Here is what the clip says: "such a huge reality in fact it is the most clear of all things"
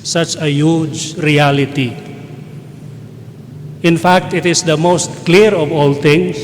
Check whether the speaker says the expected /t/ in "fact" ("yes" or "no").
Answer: yes